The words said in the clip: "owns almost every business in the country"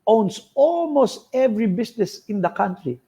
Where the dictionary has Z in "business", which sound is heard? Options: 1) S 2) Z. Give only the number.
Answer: 1